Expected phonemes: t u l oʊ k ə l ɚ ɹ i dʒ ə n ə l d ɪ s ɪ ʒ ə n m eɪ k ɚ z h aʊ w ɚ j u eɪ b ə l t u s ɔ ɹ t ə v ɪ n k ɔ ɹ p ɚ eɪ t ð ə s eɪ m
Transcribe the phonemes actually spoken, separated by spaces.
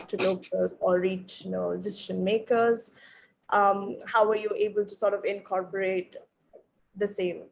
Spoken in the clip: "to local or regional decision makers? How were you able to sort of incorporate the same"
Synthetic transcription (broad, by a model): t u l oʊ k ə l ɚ ɹ i tʃ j n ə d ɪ s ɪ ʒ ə n m eɪ k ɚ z h aʊ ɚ j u eɪ b ə l t u s ɔ ɹ t ə v ɪ n k ɔ ɹ p ɚ eɪ t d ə s eɪ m